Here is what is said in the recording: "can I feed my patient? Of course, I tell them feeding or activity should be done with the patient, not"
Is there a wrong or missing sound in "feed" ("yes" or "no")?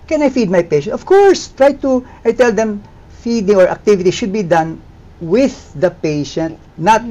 no